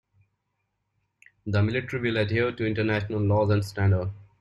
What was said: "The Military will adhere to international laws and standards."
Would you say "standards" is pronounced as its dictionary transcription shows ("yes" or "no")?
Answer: no